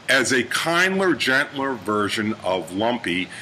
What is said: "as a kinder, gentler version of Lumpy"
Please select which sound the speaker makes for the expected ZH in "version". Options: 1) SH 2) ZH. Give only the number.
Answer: 2